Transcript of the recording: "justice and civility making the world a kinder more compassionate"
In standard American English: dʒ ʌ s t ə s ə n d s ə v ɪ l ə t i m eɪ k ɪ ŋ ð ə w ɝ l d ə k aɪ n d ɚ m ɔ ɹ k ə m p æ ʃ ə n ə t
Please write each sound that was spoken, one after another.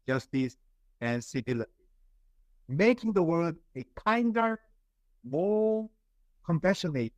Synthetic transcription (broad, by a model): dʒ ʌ s t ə s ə n s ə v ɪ l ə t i m eɪ k ɪ ŋ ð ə w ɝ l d ə k aɪ n d ɚ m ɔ l k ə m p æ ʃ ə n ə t